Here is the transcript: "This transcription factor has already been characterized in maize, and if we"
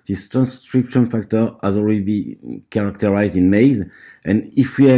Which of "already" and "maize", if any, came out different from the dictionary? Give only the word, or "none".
already